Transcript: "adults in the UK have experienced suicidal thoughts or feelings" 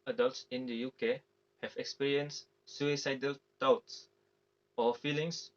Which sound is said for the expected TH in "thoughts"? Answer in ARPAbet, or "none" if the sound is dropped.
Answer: T